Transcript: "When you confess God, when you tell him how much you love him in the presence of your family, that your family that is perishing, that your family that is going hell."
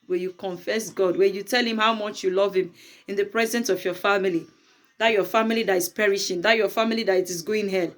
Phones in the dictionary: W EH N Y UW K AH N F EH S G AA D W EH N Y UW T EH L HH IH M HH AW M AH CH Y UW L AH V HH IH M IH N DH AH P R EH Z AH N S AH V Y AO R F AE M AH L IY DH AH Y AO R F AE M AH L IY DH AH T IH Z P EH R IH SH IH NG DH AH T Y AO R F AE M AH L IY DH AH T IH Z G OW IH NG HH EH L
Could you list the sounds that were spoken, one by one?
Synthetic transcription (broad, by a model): W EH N Y UW K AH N F EH S G AA D W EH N Y UW T EH L HH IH M HH AW M AH CH Y UW L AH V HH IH M IH N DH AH P R EH Z AH N S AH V Y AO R F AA M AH L IY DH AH Y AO F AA M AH L IY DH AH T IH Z P EH R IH SH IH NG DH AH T Y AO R F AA M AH L IY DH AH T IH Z G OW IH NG HH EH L